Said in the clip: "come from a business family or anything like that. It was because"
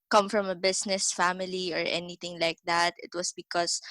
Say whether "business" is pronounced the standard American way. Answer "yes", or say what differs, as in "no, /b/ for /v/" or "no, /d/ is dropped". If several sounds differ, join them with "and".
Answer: no, /s/ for /z/